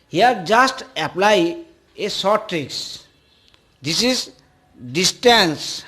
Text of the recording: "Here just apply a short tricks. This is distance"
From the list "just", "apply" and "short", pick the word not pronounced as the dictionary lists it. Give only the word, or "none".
short